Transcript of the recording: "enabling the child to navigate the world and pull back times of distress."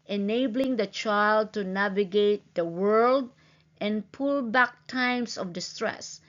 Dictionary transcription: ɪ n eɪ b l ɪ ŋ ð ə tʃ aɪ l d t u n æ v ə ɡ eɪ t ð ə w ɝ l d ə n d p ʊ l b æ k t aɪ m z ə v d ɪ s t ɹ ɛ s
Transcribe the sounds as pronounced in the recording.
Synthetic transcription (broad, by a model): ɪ n eɪ b l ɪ ŋ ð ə tʃ aɪ l d t u n æ v ə ɡ eɪ t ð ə w ɝ l d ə n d p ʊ l b æ k t aɪ m s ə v d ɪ s t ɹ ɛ s